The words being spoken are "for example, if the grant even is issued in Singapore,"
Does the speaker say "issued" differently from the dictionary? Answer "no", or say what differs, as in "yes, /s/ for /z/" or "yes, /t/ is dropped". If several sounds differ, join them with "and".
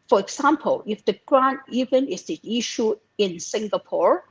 yes, /d/ is dropped